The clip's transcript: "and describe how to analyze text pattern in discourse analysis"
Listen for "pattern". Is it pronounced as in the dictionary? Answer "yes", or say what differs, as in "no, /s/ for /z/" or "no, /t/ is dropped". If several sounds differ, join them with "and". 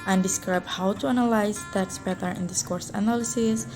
no, /n/ is dropped